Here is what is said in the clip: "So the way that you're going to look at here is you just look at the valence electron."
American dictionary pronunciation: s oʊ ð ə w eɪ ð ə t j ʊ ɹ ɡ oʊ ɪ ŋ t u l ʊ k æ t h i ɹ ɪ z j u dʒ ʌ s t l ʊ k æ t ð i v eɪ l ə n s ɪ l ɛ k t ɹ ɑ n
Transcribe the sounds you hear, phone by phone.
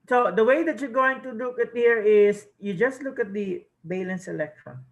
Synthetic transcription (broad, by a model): s oʊ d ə w eɪ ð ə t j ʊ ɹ ɡ oʊ ɪ ŋ t u l ʊ k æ t h i ɹ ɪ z j u dʒ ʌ s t l ʊ k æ t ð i b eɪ l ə n s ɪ l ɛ k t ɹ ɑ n